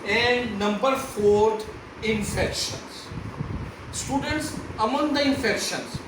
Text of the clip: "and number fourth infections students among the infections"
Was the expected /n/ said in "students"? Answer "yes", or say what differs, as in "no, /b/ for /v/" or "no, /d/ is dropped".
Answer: yes